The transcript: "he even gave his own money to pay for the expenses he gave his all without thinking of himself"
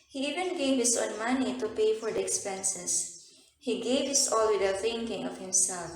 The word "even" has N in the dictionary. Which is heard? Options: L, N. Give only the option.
N